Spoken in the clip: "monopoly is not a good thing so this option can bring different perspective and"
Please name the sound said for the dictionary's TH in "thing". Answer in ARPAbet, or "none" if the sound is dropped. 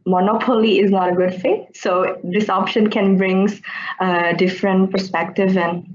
F